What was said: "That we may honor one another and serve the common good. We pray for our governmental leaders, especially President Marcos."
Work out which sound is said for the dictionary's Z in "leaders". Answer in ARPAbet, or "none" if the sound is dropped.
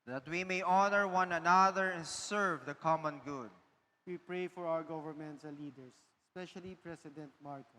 S